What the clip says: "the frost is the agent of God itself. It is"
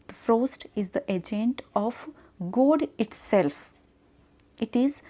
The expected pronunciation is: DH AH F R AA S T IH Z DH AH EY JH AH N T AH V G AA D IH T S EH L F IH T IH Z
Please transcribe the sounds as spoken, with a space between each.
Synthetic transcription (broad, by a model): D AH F R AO S T IH Z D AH EY JH AH N T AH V G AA D IH T S EH L F IH T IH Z